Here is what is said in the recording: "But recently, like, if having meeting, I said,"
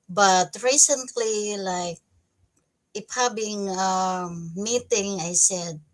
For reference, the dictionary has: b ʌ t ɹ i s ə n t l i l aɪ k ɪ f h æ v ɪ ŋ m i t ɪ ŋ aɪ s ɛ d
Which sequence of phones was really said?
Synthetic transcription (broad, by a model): b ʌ t ɹ i s ə n t l i l aɪ k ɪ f h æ b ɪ ŋ m i t ɪ ŋ aɪ s ɛ d